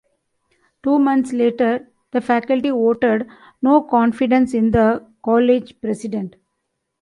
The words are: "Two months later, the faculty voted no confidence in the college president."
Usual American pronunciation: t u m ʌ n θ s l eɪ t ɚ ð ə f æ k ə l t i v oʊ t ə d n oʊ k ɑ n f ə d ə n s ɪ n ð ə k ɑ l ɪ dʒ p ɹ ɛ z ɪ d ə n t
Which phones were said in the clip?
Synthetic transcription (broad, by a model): t u m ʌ n t s l eɪ t ɚ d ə f æ k ə l t i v oʊ t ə d n oʊ k ɑ n f ə d ə n s ɪ n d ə k ɑ l ɪ dʒ p ɹ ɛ s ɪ d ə n t